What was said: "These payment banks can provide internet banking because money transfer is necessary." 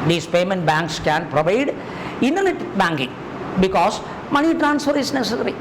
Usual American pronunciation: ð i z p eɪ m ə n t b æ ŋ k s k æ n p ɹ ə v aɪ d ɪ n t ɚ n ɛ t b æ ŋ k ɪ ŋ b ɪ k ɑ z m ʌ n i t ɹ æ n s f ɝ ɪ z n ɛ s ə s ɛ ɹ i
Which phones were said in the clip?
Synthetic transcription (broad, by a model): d i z p eɪ m ə n t b æ ŋ k s k æ n p ɹ ə v aɪ d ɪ n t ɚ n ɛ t b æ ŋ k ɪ ŋ b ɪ k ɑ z m ʌ n i t ɹ æ n s f ɝ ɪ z n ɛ s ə s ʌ ɹ i